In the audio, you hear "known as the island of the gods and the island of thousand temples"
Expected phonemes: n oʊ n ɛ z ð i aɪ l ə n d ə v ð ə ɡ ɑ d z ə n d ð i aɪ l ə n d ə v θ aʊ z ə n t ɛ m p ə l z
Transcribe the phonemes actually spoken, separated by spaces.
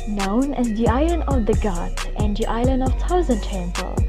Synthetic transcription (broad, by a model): n oʊ n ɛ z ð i aɪ l ə n d ə v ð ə ɡ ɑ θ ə n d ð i aɪ l ə n d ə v t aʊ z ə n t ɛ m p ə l